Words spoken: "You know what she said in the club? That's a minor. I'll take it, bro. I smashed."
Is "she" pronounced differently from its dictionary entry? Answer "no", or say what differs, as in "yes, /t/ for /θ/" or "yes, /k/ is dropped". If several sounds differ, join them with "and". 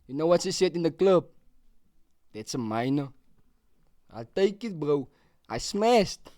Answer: yes, /s/ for /ʃ/